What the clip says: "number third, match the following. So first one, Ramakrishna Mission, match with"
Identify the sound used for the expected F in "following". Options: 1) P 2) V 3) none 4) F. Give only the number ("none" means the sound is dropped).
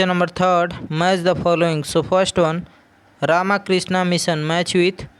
1